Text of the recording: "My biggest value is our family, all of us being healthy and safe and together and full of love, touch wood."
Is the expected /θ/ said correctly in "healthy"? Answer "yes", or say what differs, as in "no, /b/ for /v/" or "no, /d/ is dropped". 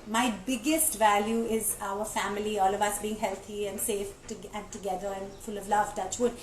no, /t/ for /θ/